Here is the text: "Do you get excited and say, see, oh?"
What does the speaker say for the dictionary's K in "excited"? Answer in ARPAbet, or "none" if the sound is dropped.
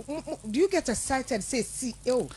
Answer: none